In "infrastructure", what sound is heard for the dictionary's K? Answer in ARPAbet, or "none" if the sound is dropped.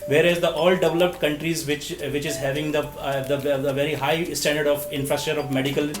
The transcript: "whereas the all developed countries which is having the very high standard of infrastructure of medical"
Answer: none